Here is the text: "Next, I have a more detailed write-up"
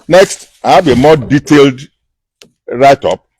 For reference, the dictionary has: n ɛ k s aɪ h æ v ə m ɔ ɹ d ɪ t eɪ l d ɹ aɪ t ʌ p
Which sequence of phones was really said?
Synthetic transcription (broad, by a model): n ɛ k s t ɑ b ə m ɔ d ɪ t eɪ l d ɹ aɪ t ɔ p